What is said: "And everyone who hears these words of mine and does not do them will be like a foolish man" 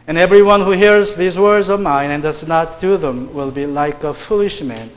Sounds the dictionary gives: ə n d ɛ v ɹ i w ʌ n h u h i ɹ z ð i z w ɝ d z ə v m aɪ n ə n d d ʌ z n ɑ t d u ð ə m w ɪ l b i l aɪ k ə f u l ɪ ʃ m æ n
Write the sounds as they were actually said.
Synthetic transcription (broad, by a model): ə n ɛ v ɹ i w ʌ n h u h i ɹ z ð i z w ɝ d z ə v m aɪ n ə n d d ʌ z n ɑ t d u ð ə m w ɪ l b i l aɪ k ə f u l ɪ ʃ m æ n